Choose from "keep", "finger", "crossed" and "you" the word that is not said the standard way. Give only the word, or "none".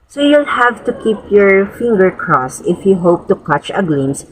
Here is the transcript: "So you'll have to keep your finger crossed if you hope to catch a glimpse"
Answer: crossed